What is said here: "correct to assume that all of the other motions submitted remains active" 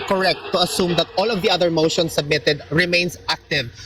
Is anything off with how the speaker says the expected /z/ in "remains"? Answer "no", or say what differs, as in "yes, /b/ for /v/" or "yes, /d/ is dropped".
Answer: yes, /s/ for /z/